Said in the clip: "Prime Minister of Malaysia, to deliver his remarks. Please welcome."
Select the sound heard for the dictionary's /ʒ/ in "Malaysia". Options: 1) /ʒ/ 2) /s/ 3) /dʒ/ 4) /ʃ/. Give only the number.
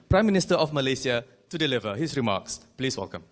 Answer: 2